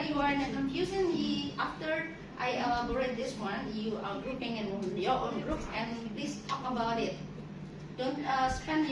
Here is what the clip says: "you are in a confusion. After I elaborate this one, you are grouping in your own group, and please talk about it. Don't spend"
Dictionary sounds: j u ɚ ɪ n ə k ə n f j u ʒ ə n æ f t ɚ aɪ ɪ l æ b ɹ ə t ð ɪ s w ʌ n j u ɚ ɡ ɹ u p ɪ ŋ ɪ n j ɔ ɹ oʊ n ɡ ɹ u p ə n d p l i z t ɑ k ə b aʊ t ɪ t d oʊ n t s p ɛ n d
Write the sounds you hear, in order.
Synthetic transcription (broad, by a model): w ɚ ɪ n ə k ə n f j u s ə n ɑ f t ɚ aɪ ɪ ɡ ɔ ɹ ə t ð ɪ s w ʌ n j u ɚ ɡ ɹ u p ɪ ŋ ɪ n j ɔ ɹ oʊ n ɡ ɹ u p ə n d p l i s t ɑ k ə b aʊ t ɪ t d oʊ n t s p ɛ n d